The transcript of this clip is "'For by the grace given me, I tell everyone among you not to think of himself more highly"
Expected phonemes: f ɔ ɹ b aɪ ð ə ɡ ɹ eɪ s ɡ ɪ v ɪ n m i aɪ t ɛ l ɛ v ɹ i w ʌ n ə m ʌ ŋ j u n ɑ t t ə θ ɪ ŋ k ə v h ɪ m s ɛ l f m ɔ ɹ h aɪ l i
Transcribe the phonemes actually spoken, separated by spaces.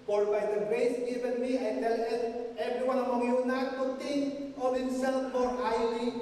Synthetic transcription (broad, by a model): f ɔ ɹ b aɪ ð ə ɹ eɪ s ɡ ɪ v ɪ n m i aɪ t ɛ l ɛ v ɹ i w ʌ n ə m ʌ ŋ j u n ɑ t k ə t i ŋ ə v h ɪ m s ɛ l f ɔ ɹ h aɪ l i